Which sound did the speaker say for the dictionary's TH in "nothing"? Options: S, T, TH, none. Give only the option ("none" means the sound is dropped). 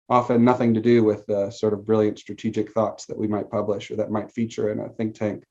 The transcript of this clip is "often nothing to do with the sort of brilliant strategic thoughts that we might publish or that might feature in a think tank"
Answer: TH